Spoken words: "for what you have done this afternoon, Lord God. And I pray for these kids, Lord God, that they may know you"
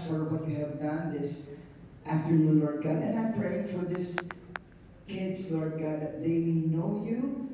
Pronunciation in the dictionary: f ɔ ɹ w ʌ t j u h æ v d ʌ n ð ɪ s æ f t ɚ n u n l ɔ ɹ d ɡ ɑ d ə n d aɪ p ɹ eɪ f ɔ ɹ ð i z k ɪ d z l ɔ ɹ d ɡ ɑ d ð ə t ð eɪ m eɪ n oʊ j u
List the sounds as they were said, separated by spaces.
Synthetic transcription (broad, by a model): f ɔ ɹ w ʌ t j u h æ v d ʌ n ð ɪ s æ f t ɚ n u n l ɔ ɹ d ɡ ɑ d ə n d aɪ p ɹ eɪ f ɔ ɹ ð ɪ s k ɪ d s l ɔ ɹ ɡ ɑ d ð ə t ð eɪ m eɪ n oʊ j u